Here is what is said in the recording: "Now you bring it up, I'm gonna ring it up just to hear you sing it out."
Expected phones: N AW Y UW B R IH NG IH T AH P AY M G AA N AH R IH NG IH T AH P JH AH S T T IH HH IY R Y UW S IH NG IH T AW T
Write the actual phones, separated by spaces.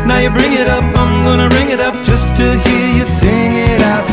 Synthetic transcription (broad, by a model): N AW Y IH B R IH NG IH T AH P AY M G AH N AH R IH NG IH T AH P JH AH S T T IH HH IY R Y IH S IH NG IH T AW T